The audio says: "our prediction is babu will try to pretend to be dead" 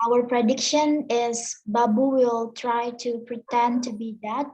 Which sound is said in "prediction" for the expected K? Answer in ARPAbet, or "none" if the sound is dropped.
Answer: K